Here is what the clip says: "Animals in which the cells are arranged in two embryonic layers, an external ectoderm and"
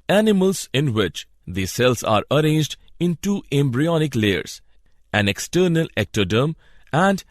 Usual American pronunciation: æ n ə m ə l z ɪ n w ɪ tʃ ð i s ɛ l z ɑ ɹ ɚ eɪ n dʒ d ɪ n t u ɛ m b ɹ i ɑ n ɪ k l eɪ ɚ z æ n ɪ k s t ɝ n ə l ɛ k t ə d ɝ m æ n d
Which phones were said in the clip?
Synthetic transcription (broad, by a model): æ n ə m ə l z ɪ n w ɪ tʃ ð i s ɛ l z ɑ ɹ ɚ eɪ n dʒ d ɪ n t u ɛ m b ɹ i ɑ n ɪ k l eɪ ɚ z æ n ɪ k s t ɝ n ə l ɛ k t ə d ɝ m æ n d